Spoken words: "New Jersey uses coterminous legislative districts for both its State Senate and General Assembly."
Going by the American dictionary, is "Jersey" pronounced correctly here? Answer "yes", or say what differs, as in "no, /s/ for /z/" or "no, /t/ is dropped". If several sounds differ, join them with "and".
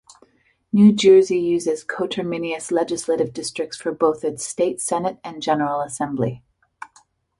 yes